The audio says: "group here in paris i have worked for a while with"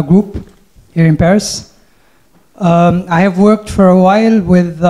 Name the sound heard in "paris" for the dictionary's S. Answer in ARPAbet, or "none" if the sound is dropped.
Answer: S